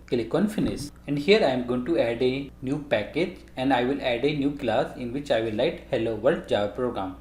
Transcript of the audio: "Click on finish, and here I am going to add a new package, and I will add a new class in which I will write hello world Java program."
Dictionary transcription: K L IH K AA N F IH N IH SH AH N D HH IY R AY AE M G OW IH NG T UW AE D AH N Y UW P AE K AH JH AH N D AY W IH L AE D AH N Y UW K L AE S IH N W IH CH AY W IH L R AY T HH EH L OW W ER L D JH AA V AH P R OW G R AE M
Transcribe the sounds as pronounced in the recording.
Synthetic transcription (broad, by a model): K L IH K AA N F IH N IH S AH N D HH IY R AY M G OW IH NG T UW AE D AH N Y UW P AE K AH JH AH N D AY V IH L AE D AH N Y UW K L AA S IH N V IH CH AY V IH L AY T HH EH L OW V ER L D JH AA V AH P R OW G R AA M